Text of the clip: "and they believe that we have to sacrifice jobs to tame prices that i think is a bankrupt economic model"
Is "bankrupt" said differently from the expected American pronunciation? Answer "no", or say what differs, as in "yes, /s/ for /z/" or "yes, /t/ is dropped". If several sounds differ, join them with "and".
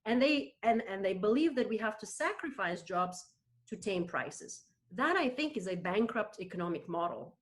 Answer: no